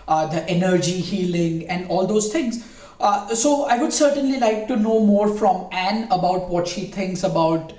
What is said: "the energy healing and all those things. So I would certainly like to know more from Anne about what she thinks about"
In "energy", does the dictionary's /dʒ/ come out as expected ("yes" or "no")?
yes